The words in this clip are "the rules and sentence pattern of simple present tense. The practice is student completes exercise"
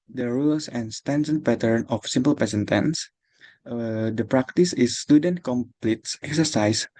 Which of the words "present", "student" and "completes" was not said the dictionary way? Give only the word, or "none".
present